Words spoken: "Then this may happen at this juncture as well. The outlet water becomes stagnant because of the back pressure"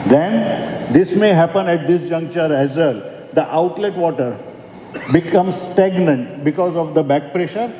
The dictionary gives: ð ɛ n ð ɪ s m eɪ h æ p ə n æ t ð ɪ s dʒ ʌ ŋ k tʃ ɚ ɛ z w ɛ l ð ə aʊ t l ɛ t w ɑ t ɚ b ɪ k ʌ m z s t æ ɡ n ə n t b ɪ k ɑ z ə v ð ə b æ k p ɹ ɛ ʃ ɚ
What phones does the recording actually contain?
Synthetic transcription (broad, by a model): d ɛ n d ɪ s m eɪ h æ p ə n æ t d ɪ s dʒ ʌ ŋ k tʃ ɚ ɛ z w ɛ l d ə aʊ t l ɛ t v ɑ t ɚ b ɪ k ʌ m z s t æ ɡ n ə n t b ɪ k ɑ z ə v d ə b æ k p ɹ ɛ ʃ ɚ